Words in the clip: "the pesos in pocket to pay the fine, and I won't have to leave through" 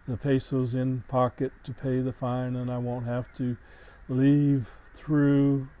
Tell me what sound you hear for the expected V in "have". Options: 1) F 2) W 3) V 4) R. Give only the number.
1